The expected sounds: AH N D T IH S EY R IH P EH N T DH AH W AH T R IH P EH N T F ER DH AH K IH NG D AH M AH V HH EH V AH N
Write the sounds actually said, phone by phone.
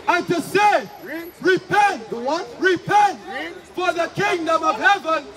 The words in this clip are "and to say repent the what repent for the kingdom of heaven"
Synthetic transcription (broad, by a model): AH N T IH S EY R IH P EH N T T R IH P EH N T F ER DH AH K IH NG D AH M AH V HH EH V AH N